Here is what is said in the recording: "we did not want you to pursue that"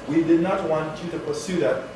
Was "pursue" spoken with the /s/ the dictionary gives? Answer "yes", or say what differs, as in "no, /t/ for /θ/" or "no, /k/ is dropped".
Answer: yes